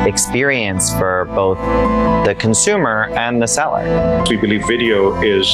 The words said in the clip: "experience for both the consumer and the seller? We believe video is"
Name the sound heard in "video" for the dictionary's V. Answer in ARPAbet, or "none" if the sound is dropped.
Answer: V